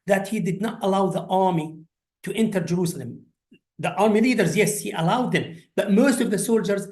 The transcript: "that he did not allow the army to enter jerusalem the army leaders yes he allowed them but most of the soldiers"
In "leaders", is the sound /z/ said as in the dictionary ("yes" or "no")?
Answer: yes